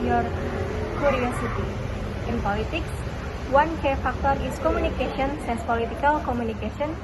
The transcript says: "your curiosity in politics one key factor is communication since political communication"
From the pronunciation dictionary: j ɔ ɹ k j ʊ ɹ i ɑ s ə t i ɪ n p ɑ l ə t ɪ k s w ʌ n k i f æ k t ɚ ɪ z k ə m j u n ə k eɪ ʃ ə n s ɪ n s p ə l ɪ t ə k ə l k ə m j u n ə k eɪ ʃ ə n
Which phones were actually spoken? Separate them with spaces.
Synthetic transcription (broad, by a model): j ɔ ɹ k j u ɹ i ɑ s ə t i ɪ n p ɑ l ə t ɪ k s w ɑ n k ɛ f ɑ k t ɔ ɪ s k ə m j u n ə k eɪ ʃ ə n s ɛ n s p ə l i t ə k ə l k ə m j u n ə k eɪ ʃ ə n